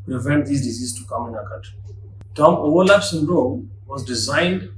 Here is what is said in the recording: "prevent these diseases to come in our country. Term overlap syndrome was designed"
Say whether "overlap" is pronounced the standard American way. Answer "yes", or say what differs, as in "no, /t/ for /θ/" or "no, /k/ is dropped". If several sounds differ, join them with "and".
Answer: no, /w/ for /v/